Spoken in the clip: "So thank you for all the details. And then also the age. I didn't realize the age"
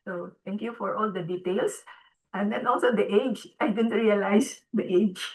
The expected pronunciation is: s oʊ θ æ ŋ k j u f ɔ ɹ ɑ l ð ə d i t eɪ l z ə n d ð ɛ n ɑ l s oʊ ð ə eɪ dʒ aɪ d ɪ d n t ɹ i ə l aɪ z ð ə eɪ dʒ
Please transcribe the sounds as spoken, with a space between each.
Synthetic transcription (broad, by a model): s oʊ t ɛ ŋ k j u f ɔ ɹ ɑ l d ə d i t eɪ l s ə n d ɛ n ɑ l s oʊ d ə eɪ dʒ aɪ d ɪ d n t ɹ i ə l aɪ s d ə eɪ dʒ